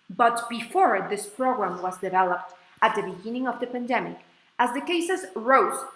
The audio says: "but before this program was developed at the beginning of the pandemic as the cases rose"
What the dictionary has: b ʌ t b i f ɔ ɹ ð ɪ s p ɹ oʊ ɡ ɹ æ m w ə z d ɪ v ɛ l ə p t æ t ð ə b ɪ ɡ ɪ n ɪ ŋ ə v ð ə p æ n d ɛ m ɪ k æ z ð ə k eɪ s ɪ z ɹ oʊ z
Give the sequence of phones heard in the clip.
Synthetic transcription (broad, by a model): b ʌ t b i f ɔ ɹ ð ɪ s p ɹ oʊ ɡ ɹ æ m w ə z d ɪ v ɛ l ə p t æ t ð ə b ɪ ɡ ɪ n ɪ ŋ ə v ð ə p æ n d ɛ m ɪ k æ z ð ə k eɪ s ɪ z ɹ oʊ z